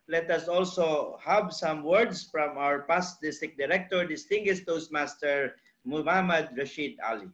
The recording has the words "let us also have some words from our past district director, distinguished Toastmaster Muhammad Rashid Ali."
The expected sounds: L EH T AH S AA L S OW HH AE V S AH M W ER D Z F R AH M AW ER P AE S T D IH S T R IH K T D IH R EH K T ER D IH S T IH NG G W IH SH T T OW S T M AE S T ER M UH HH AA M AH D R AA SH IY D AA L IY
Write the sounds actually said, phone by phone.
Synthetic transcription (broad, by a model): L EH T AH S AA L S OW HH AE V S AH M W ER D S F R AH M AW ER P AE S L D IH S T IH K D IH R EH K T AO D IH S T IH NG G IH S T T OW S M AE S T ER M UH HH AA M AH D R AA SH IY D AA L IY